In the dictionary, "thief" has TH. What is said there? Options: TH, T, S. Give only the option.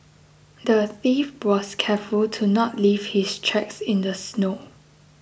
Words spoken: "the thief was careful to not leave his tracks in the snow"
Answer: TH